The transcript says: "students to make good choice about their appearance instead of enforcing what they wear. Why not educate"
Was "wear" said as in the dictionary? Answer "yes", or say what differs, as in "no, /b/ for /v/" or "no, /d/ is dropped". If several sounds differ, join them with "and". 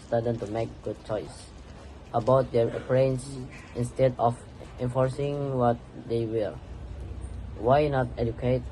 no, /l/ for /ɹ/